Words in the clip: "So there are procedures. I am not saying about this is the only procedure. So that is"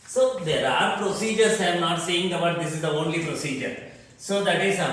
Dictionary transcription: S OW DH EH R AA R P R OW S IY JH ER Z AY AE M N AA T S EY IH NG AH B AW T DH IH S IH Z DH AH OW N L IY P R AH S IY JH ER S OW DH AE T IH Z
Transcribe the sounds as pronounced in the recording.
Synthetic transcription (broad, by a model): S OW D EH R AA R P R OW S IY JH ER S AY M N AA T S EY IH NG AH B AW T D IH S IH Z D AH OW N L IY P R AH S IY JH ER S OW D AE T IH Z